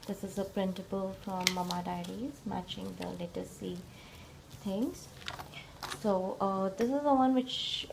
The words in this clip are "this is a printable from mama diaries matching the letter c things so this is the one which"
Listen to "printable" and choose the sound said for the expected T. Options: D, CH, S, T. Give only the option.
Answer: S